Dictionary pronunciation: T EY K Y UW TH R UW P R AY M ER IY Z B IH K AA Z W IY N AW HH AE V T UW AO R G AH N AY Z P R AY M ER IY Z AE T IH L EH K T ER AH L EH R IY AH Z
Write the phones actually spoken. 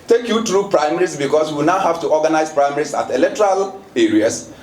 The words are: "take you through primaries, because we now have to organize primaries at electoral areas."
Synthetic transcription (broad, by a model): T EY K Y UW T R UW P R AY M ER IY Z B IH K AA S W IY N AW HH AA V T UW AO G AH N AY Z P R AY M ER IY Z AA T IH L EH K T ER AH L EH R IY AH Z